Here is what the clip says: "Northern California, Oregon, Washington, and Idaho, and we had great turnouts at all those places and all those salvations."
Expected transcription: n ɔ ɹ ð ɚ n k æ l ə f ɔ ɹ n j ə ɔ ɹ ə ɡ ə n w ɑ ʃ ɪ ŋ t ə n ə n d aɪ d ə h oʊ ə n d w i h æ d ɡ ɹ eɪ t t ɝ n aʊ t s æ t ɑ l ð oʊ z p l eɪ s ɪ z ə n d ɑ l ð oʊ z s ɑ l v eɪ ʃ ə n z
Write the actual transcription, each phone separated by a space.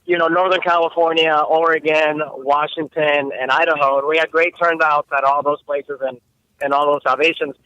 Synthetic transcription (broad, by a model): n ɔ ɹ ð ɚ n k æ l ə f ɔ ɹ n j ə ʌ ɹ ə ɡ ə n w ɑ ʃ ɪ ŋ t ə n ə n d aɪ d ə h oʊ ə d w i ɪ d ɡ ɹ eɪ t t ɝ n aʊ t s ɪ t ɑ l ð oʊ z p l eɪ s ɪ z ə n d ɑ l ð oʊ z s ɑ l v eɪ ʃ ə n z